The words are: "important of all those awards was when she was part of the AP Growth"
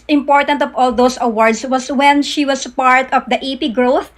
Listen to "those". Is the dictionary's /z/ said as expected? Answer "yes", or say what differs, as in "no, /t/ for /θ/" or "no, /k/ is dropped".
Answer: no, /s/ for /z/